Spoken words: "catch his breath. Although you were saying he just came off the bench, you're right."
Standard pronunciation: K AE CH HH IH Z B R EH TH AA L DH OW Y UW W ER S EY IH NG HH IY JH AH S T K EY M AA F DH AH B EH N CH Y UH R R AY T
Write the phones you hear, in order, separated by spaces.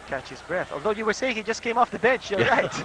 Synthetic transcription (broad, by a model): K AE CH HH IH Z B R EH TH AA L DH OW Y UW W ER S EY IH NG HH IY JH AH S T K EY M AA F DH AH B EH N CH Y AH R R AY T